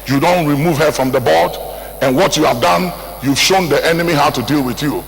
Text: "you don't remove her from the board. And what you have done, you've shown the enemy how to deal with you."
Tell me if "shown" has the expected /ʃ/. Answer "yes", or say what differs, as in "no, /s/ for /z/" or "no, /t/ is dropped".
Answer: yes